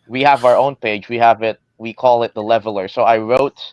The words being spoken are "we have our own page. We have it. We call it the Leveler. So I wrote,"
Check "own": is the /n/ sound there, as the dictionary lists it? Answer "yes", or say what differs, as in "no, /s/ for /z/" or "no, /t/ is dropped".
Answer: yes